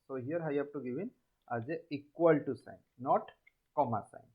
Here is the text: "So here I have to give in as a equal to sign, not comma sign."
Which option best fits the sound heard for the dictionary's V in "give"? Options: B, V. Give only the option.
B